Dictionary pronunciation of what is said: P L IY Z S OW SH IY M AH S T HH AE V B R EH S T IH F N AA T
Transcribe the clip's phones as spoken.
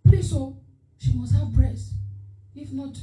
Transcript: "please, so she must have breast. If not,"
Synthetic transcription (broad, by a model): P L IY S OW SH IY M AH S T HH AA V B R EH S IH F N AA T